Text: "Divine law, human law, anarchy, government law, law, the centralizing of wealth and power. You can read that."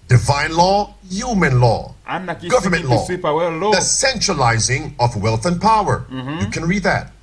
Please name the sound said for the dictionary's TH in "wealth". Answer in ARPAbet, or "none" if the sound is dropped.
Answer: TH